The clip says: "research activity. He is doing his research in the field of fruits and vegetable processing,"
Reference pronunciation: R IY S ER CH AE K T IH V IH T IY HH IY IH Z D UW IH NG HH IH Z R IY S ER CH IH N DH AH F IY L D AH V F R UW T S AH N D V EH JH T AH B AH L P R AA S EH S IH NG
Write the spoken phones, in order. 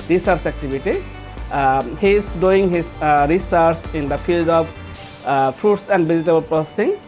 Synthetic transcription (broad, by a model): R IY S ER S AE K T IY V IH T IY HH IY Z D UW IH NG HH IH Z R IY S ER S IH N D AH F IY L D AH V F R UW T S AH N D B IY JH T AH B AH L P R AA S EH S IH NG